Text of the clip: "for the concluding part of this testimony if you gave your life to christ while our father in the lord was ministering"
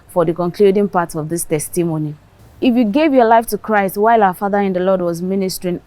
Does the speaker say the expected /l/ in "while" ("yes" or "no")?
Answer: yes